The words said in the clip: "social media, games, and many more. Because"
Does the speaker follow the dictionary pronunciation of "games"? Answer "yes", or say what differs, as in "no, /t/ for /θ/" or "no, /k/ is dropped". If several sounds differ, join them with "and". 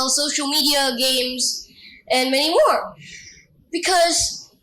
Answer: yes